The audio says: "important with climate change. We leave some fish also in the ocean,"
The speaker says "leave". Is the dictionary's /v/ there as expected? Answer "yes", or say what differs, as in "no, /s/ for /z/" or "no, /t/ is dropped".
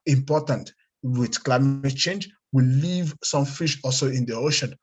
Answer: yes